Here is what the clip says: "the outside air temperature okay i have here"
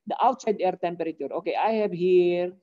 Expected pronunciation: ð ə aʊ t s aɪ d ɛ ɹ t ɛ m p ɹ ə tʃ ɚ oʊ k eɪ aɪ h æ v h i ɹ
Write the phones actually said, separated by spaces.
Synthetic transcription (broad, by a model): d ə aʊ t s aɪ d ɛ ɹ t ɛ m p ɹ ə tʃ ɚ oʊ k eɪ aɪ h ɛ b h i ɹ